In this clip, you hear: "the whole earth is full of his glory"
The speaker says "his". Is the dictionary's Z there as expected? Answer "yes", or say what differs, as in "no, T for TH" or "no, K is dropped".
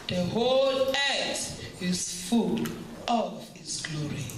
no, S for Z